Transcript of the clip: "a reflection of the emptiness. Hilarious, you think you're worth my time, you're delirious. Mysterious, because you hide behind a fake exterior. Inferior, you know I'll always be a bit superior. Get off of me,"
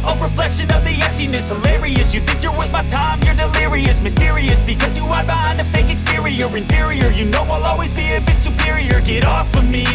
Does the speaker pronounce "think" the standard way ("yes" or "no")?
yes